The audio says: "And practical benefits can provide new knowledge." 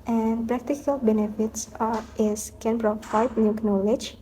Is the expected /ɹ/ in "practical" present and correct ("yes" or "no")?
yes